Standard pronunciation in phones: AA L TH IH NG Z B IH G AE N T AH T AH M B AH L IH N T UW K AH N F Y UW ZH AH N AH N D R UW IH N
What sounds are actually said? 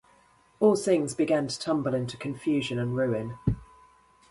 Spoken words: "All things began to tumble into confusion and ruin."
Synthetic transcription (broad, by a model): AA L TH IH NG Z B IH G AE N T AH T AH M B AH L IH N T UW K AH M F Y UW ZH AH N AH N R UW IH N